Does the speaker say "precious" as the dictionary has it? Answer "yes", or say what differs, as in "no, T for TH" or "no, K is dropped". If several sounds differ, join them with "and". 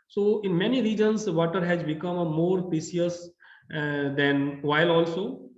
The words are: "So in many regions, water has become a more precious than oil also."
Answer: no, S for SH